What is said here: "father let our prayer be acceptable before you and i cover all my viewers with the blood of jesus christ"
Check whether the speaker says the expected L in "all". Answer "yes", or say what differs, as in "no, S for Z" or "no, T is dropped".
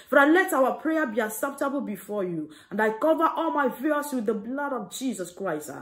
yes